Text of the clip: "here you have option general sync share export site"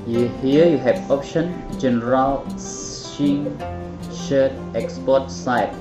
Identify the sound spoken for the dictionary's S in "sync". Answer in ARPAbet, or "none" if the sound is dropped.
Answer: SH